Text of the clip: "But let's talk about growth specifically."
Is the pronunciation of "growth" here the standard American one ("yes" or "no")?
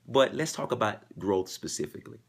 yes